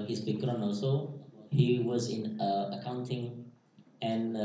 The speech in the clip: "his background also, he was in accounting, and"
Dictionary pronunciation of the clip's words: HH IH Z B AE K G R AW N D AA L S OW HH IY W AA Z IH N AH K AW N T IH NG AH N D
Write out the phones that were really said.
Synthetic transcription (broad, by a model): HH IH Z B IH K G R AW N AA L S OW HH IY W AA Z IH N AH K AW N T IH NG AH N